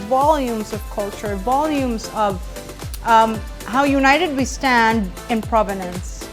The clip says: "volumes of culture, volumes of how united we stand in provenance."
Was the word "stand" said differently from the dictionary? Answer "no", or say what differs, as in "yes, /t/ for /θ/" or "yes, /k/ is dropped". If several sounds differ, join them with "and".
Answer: no